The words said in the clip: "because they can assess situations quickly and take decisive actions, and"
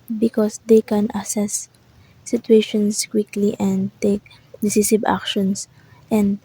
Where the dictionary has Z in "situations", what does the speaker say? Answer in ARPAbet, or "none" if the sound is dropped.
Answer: S